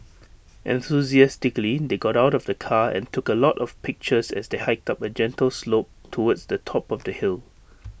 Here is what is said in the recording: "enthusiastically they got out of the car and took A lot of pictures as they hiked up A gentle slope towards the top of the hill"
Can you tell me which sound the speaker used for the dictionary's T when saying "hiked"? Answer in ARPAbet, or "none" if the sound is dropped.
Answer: T